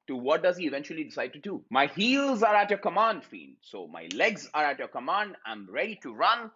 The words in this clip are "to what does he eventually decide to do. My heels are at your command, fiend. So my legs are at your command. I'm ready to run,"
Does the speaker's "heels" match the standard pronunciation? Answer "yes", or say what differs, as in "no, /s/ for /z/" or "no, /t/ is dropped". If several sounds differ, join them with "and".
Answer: yes